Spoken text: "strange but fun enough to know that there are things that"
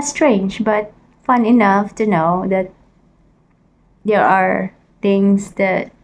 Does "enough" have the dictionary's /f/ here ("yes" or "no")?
yes